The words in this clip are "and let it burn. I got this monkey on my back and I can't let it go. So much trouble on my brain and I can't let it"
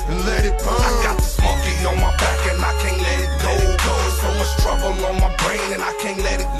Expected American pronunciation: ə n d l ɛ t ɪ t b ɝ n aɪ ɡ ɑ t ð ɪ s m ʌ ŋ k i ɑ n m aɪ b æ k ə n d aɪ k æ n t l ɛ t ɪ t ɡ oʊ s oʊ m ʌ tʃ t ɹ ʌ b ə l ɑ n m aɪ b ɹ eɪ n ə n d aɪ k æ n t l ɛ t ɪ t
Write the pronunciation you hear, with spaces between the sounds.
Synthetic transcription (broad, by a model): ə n l ɛ t ɪ t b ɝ aɪ ɡ ɑ t ð ɪ s m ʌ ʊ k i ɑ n m aɪ b æ k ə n aɪ k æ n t l ɛ t ɪ t ɡ oʊ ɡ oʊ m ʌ s t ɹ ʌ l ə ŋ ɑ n m aɪ b ɹ eɪ n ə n aɪ k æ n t l ɛ t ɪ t